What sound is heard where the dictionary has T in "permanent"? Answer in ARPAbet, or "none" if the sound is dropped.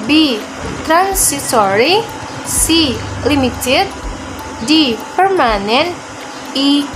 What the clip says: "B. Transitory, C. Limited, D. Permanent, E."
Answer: none